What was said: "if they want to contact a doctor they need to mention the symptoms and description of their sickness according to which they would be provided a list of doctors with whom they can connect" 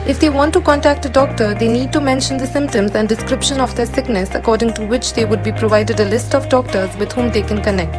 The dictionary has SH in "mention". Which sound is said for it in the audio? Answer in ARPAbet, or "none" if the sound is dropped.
SH